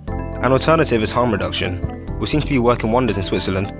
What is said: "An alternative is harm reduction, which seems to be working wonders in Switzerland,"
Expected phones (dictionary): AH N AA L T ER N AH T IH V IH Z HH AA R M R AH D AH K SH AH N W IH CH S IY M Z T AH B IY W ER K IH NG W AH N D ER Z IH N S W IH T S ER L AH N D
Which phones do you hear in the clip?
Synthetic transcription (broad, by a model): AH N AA L T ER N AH T IH V IH Z HH AA M R AH D AH K SH AH N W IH S IY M T AH B IY W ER K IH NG W AH N D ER Z IH N S W IH T S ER L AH N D